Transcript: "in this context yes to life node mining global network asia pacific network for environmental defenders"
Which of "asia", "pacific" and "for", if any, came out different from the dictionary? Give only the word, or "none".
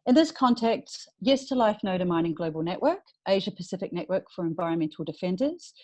none